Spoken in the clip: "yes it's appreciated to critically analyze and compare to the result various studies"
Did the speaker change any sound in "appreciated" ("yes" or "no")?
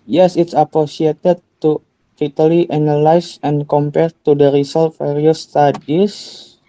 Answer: yes